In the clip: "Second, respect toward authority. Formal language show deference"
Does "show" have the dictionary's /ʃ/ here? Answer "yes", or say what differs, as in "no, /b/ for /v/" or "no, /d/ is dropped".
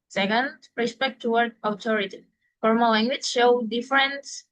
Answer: yes